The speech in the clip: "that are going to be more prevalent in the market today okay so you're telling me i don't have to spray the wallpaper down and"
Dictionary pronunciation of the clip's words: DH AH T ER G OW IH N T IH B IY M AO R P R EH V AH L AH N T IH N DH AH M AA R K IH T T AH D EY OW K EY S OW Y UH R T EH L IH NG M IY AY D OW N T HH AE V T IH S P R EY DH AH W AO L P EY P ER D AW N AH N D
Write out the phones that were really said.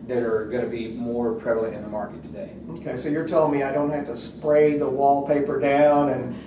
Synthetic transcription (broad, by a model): DH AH T ER G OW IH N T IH B IY M AO R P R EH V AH L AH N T IH N DH AH M AA R K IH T T AH D EY OW K EY S OW Y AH R T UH L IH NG M IY AY D OW N T HH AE F T IH S P R EY DH AH W AO L P EY P ER D AW N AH N